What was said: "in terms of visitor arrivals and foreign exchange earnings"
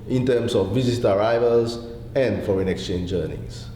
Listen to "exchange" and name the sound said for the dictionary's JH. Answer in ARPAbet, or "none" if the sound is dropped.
JH